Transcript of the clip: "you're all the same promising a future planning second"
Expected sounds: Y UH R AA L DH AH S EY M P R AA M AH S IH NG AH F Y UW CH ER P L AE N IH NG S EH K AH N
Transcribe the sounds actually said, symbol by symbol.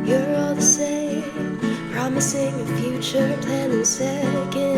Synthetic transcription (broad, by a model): Y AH R AA L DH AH S EY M P R AA M AH S IH NG AH F Y UW CH ER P AE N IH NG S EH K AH